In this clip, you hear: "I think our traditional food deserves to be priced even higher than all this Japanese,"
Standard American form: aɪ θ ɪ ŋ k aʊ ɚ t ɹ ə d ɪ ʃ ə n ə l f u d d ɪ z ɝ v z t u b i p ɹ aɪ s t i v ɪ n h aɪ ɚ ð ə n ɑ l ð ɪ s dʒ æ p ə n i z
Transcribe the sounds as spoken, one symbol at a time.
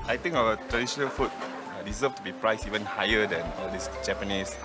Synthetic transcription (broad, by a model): aɪ t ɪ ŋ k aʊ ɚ t ɹ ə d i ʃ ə n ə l f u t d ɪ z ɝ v t u b i p ɹ aɪ s i v ɪ n h aɪ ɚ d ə n ɑ l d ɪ s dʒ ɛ p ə n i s